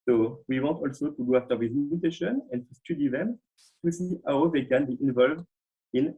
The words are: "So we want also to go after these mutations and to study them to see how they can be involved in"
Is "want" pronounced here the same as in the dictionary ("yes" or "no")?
no